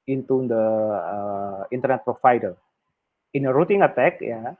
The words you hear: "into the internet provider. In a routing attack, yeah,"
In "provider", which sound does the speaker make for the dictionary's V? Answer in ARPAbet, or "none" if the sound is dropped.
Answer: F